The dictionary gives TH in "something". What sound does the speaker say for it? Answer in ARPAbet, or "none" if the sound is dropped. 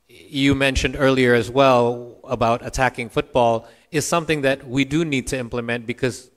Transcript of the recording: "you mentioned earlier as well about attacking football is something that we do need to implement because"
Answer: TH